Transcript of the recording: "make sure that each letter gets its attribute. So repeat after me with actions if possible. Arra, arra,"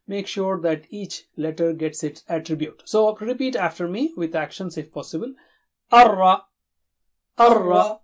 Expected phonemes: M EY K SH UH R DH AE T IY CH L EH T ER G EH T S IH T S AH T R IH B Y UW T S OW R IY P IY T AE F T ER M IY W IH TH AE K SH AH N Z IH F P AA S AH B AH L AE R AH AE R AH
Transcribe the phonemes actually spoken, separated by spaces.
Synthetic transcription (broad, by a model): M EY K SH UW R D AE T IY CH L EH T ER G EH T S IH T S AH T R IH B Y UW T S OW R IY P IY T AE F T ER M IY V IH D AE K SH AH N S IH F P AA S AH B AH L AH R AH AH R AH